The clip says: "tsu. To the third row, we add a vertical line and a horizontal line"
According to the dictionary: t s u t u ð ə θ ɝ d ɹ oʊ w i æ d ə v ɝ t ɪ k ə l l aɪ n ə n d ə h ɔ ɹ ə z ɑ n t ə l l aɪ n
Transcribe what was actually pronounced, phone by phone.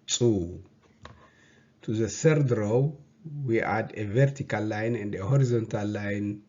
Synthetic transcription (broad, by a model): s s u t u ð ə s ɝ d ɹ oʊ w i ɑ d ə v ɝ t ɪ k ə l l aɪ n ə n d ə h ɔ ɹ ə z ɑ n t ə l l aɪ n